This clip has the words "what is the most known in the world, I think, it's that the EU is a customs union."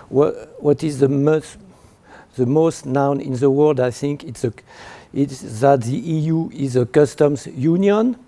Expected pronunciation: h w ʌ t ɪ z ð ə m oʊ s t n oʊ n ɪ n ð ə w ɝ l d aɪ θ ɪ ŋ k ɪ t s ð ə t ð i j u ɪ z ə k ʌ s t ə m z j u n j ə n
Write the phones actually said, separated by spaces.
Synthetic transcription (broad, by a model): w w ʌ t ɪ z ð ə m oʊ s t n oʊ n ɪ n ð ə w ɝ l d aɪ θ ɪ ŋ k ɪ t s ð ə t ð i j u ɪ z ə k ʌ s t ə m z j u n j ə n